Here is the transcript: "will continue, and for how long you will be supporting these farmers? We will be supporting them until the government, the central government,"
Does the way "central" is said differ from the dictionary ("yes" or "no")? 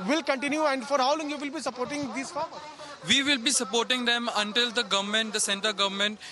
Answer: yes